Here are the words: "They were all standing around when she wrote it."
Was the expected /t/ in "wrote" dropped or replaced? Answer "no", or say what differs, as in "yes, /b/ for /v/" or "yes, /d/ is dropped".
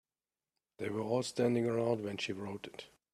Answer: no